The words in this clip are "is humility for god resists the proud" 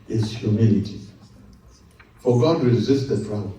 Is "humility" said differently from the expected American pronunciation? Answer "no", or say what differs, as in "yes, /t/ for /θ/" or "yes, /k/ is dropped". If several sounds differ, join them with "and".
no